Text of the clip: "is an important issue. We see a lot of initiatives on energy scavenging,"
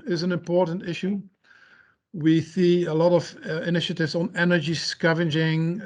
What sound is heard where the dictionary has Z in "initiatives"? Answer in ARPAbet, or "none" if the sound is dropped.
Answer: Z